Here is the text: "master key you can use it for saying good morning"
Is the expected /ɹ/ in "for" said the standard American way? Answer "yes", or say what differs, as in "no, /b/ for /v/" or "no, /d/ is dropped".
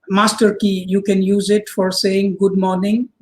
yes